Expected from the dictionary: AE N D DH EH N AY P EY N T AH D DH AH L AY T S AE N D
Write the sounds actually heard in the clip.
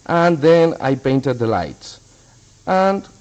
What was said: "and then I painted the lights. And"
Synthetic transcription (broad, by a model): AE N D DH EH N AY P EY N T AH D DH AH L AY T S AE N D